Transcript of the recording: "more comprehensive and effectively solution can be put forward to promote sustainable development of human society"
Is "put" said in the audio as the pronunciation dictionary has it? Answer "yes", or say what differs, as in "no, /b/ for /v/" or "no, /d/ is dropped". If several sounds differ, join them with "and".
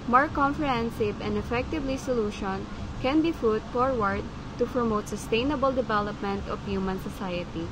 no, /f/ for /p/